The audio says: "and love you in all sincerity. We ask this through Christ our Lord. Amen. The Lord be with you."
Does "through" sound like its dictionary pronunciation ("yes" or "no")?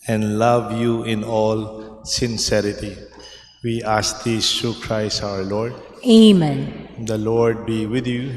no